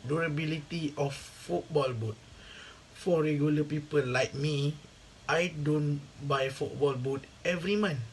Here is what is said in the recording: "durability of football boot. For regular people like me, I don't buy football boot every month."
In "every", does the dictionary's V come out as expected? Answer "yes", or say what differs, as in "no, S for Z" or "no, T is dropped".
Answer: yes